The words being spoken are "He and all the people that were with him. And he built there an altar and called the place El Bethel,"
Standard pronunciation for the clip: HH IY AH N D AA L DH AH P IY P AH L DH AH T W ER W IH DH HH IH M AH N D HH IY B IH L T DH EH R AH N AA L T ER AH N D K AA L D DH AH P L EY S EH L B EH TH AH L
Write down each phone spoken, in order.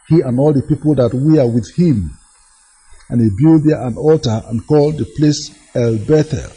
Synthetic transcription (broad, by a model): HH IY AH N AA L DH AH P IY P AH L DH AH T W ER W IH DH HH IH M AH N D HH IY B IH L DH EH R AH N AA L T ER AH N K AA L D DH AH P L EY S EH L B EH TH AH